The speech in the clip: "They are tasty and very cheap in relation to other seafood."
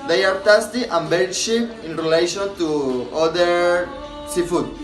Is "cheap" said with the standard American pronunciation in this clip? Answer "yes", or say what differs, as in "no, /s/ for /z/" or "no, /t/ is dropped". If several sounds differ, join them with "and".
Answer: no, /ʃ/ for /tʃ/